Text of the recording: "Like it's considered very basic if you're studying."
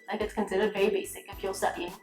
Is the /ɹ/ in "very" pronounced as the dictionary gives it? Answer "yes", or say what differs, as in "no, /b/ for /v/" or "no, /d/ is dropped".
no, /ɹ/ is dropped